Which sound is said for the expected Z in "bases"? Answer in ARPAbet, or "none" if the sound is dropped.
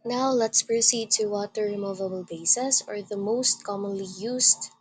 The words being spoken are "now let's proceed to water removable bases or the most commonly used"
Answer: S